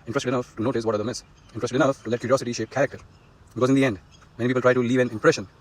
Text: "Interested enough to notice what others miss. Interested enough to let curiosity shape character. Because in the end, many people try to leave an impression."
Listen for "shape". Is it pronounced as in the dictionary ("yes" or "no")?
yes